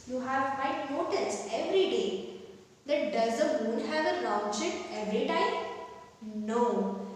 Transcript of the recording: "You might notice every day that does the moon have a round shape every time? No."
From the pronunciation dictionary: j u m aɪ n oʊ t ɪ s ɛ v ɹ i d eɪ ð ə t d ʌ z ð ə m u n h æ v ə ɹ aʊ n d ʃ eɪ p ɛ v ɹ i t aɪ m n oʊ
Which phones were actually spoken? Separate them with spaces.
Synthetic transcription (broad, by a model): j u m aɪ n oʊ t ɪ s ɛ v ɹ i d eɪ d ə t d ʌ z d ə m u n h æ v ə l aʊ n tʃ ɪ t ɛ v ɹ i t aɪ m n oʊ